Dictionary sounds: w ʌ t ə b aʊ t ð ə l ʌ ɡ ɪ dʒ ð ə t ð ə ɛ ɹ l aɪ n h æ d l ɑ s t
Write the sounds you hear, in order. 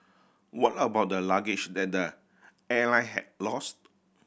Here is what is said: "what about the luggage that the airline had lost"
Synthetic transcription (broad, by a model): w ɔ t ə b aʊ t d ə l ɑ ɡ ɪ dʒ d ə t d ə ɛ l aɪ h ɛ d l ɑ s t